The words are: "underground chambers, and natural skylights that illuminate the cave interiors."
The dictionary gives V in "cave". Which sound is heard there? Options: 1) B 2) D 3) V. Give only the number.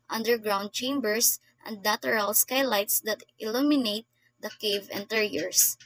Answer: 3